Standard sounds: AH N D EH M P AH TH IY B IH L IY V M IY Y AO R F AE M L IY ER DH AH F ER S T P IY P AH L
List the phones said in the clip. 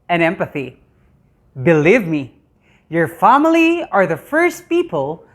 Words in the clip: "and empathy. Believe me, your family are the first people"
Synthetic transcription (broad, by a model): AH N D EH M P AH TH IY B IH L IY V M IY Y AO R F AE M L IY ER DH AH F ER S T P IY P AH L